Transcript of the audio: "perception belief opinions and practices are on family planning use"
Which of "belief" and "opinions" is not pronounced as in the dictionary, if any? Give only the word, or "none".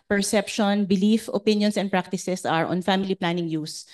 opinions